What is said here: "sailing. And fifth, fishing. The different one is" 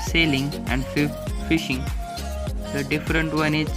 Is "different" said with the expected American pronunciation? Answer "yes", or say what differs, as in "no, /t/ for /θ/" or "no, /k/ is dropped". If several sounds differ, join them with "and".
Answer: yes